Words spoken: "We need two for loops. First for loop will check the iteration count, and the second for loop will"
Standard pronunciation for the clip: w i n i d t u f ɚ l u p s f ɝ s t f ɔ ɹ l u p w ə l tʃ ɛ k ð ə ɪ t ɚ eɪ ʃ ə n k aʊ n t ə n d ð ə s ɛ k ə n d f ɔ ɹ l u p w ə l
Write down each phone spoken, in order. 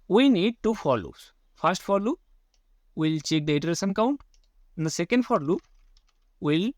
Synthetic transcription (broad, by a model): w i n i d t u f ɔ l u s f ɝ s t f ɔ ɹ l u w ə l tʃ ɛ k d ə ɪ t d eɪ s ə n k aʊ n t ə n d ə s ɛ k ə n d f ɔ ɹ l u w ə l